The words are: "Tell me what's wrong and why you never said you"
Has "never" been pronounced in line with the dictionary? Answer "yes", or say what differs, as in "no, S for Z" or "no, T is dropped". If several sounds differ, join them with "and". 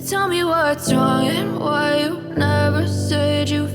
yes